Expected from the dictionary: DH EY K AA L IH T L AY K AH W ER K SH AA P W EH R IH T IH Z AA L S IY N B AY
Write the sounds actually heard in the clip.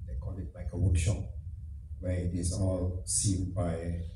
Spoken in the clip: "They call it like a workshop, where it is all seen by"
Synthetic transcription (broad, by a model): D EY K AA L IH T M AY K AH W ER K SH AA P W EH IH T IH S AA L S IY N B AY